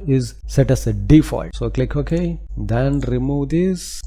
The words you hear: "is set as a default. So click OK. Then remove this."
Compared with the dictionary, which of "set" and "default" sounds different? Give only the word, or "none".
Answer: none